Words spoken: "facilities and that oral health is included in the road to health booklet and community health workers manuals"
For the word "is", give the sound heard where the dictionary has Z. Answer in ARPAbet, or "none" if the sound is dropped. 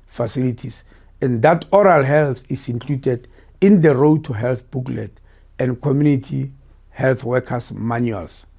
S